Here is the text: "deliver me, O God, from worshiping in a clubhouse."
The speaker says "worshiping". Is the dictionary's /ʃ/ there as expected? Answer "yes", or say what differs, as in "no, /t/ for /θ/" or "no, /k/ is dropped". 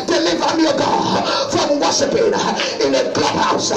no, /s/ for /ʃ/